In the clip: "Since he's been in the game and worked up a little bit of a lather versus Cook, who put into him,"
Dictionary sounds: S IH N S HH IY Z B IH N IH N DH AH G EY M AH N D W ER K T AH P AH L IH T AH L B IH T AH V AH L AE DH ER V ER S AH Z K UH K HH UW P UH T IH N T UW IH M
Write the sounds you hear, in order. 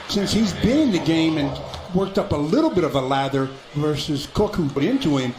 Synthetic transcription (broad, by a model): S IH N S HH IY Z B IH N IH N DH AH G EY M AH N W ER K T AH P AH L IH T L B IH T AH V AH L AE DH ER V ER S AH Z K UH K HH UW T IH N T UW IH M